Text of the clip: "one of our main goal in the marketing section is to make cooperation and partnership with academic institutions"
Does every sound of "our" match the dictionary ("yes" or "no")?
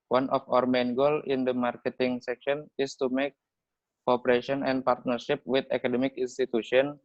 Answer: yes